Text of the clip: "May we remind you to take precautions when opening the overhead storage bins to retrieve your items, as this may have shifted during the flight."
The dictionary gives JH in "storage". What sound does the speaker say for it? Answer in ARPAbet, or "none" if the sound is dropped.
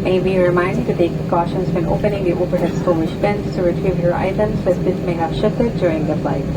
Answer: SH